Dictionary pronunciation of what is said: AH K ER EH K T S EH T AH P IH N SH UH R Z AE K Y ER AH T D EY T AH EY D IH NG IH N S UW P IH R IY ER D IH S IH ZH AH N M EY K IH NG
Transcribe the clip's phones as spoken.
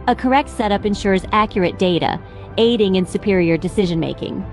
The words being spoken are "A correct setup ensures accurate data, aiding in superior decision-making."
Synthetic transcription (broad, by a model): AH K ER EH K T S EH T AH P IH N SH UH R Z AE K Y ER AH T D EY T AH EY D IH NG IH N S UW P IH R IY ER D IH S IH ZH AH N M EY K IH NG